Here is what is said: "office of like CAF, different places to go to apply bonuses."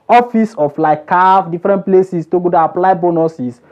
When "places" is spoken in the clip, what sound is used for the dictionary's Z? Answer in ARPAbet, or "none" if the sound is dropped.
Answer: S